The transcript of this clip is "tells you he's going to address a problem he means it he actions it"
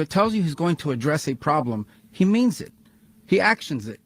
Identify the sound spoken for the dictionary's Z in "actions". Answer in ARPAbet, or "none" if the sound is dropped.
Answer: Z